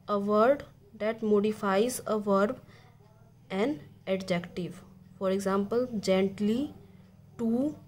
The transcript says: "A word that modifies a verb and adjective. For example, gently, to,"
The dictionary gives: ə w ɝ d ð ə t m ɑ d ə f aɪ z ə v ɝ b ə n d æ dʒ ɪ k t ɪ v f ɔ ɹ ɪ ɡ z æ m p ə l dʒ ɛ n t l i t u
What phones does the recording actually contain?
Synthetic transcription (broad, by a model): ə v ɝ d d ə t m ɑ d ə f aɪ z ə v ɝ b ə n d dʒ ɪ k t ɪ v f ɔ ɹ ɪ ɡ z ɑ m p ə l dʒ ɛ n t l i t u